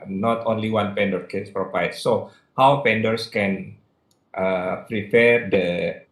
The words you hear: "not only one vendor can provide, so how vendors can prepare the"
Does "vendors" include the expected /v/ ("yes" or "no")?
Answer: no